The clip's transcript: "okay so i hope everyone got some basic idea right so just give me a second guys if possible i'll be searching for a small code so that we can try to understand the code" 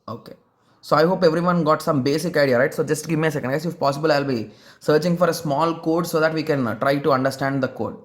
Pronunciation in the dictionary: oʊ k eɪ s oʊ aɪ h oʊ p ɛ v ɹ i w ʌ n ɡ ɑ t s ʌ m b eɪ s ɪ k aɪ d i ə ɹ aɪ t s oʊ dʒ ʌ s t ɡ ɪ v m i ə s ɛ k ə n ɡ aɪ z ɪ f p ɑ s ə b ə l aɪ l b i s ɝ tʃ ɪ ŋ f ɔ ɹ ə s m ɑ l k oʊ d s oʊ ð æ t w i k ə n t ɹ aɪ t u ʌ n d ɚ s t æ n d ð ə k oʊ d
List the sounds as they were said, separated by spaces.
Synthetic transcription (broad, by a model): oʊ k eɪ s oʊ aɪ h oʊ p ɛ v ɹ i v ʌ n ɡ ɑ t s ʌ m b eɪ s ɪ k aɪ d i ə ɹ aɪ t s oʊ dʒ ʌ s t ɡ ɪ v m i ə s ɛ k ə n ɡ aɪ ɪ f p ɑ s ə b ə l aɪ l b i s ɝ tʃ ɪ ŋ f ɔ ɹ ə s m ɑ l k oʊ d s oʊ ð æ t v i k ə n t ɹ aɪ t u ʌ n d ɚ s t æ n d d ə k oʊ d